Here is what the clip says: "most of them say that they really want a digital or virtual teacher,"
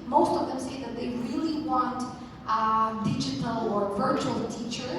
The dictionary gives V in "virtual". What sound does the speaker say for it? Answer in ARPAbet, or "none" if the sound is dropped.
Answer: V